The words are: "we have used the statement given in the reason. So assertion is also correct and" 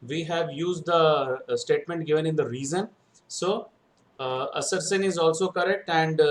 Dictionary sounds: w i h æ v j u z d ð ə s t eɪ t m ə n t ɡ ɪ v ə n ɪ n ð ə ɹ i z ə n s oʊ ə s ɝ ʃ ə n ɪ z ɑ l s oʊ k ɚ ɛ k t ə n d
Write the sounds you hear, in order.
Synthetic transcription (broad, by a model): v i h æ v j u z d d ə s t eɪ t m ə n t ɡ ɪ v ə n ɪ n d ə ɹ i z ə n s oʊ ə s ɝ s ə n ɪ z ɑ l s oʊ k ɚ ɛ k t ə n d